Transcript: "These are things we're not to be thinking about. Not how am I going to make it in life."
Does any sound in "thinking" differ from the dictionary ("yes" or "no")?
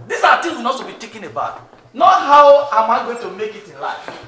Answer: yes